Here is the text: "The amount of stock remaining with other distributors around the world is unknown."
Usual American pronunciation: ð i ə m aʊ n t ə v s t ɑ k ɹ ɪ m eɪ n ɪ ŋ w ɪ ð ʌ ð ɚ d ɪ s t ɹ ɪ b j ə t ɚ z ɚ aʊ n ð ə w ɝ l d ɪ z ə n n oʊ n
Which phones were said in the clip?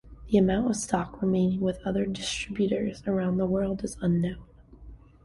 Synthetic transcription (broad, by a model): ð i ə m aʊ n t ə v s t ɑ k ɹ ɪ m eɪ n ɪ ŋ w ɪ ð ʌ ð ɚ d ɪ s t ɹ ɪ b j ə t ɚ z ɚ aʊ n ð ə w ɝ l d ɪ z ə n n oʊ n